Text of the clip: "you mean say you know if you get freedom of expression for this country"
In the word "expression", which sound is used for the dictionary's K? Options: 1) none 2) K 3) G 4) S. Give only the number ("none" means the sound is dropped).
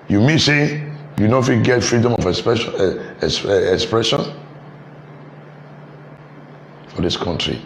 2